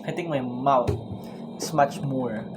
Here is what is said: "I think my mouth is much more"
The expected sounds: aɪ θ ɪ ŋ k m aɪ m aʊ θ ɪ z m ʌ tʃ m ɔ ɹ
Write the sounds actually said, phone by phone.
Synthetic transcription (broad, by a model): aɪ t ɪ ŋ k m aɪ m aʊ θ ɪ s m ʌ tʃ m ɔ ɹ